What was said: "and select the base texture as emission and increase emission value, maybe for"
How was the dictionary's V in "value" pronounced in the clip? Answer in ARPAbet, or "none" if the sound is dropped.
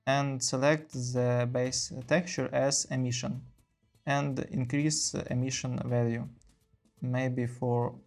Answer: V